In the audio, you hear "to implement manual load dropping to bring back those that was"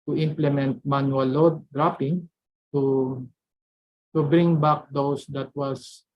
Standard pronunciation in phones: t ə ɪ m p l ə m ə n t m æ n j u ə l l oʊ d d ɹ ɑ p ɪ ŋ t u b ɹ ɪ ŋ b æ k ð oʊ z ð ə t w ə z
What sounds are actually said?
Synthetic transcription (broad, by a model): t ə ɪ m p l ə m ə n t m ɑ n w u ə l l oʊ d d ɹ ɑ p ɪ ŋ t u b ɹ ɪ ŋ b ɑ k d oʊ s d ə t w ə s